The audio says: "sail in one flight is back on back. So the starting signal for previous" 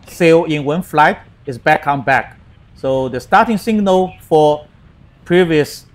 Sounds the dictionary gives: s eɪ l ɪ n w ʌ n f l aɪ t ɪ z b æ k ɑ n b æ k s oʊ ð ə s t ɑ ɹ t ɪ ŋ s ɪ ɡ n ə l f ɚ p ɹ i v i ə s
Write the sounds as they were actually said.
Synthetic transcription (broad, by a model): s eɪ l ɪ n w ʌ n f l aɪ t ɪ s b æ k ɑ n b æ k s oʊ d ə s t ɑ t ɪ ŋ s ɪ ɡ n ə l f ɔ p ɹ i v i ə s